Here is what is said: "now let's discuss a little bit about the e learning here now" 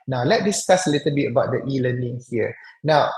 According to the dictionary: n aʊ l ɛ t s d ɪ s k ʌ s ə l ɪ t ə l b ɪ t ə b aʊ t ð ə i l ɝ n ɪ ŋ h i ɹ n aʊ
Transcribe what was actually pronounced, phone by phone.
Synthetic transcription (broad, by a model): n aʊ l ɛ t d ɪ s k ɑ s ə l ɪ t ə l b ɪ t ə b aʊ t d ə i l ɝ n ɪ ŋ h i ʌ n aʊ